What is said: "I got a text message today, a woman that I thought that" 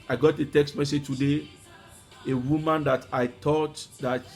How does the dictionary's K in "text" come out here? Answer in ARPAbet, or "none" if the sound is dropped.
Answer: K